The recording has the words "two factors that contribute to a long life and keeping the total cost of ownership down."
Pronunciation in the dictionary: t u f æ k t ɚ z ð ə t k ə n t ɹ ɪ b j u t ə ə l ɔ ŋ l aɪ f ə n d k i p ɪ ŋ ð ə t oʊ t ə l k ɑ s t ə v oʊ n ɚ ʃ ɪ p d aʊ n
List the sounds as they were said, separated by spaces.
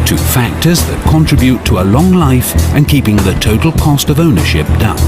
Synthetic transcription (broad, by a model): t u f æ k t ɚ z ð ə t k ə n t ɹ ɪ b j u t ə ə l ɔ ŋ l aɪ f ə n k i p ɪ ŋ ð ə t oʊ t l k ɑ s t ə v oʊ n ɚ ʃ ɪ p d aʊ n